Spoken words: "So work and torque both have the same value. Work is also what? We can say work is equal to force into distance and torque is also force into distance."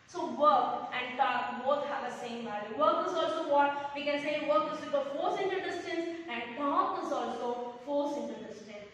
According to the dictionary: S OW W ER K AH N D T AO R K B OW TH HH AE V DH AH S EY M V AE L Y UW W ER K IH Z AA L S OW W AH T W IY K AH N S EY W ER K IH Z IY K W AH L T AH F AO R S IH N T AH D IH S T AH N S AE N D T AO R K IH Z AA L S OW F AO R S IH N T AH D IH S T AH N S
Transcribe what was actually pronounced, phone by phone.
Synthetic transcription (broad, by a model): S OW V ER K AH N D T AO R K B OW T HH AE V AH S EY M B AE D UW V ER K IH Z AA L S OW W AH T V IY K AH N S EY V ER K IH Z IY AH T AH F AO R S IH N T AH D IH S T AH N S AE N D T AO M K IH Z AA L S OW F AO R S IH N T AH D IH S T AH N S